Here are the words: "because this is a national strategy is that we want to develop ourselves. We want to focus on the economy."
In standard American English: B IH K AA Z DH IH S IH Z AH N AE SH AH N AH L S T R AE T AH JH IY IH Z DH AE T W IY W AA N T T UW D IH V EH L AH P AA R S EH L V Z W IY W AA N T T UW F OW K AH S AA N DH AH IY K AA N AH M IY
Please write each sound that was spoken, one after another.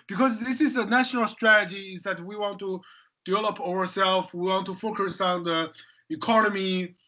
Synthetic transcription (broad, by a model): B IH K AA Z DH IH S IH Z AH N AE SH AH N AH L S T R AE T AH JH IY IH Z DH AE T W IY W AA N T T UW D IH V EH L AH P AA R S EH L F W IY W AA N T T UW F OW K AH S AA N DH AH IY K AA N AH M IY